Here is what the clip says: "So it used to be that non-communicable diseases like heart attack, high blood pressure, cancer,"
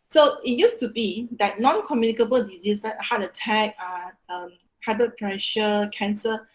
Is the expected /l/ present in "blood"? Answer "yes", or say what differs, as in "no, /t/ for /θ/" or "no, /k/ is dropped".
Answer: no, /l/ is dropped